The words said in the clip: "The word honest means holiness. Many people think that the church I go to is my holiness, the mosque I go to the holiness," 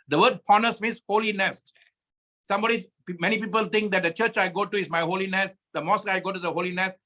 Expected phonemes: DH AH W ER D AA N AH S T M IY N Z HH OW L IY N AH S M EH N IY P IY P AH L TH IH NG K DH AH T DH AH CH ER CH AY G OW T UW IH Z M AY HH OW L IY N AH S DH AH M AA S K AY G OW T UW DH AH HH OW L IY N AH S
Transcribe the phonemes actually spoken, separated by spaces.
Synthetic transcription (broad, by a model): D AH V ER D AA N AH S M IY N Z HH OW L IY N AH S M EH N IY P IY P AH L T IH NG K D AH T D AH CH ER CH AY G OW T UW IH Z M AY HH OW L IY N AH S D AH M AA S AY G OW T UW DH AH HH OW L IY N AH S